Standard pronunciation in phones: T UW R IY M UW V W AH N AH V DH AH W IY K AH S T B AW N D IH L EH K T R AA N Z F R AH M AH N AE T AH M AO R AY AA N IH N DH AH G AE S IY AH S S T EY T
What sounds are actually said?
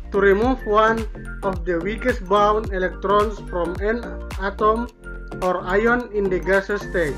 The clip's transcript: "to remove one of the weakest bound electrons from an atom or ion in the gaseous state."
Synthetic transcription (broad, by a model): T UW R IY M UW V W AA N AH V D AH W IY K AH S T B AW N IH L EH K T R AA N S F R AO M AH N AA T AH M AO R AY AA N IH N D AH G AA S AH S S T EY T